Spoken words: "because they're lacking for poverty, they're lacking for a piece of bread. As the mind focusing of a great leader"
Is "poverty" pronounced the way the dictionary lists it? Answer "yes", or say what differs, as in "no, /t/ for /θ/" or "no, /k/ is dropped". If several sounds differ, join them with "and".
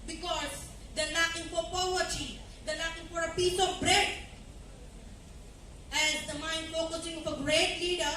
no, /v/ is dropped